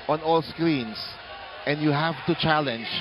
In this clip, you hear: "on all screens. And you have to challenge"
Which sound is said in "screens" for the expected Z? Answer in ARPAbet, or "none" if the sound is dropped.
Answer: S